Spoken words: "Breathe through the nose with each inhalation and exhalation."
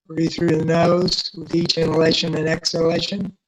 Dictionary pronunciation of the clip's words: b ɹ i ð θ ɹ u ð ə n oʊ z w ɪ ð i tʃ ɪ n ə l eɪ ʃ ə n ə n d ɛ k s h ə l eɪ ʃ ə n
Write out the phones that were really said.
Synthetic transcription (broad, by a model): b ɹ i θ ɹ u ð ə n oʊ z w ɪ ð i tʃ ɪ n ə l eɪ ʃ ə n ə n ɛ k s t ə l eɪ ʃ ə n